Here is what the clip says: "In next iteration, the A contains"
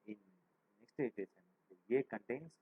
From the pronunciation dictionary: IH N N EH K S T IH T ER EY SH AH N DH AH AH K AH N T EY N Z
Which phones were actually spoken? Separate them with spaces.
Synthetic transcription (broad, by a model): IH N N EH K S T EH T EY S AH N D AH AH K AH N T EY N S